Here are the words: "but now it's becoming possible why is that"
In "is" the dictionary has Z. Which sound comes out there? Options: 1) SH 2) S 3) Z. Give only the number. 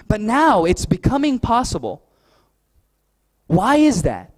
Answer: 3